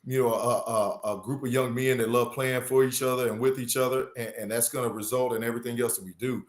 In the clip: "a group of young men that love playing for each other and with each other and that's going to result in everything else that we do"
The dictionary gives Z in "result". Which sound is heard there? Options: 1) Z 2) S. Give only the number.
1